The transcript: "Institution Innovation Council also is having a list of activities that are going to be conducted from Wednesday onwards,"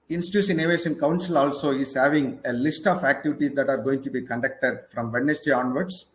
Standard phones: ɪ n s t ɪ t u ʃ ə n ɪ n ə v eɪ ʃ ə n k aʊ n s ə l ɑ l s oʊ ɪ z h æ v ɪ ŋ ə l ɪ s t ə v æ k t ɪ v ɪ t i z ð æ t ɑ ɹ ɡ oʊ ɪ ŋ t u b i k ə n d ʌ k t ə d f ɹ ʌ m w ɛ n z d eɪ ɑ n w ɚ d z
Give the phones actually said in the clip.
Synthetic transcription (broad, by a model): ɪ n s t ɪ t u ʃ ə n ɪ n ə v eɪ s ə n k aʊ n s ə l ɑ l s oʊ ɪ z h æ v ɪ ŋ ə l ɪ s t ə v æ k t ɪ v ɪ t i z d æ t ɑ ɹ ɡ oʊ ɪ ŋ t u b i k ə n d ʌ k t ə d f ɹ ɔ m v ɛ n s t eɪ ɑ n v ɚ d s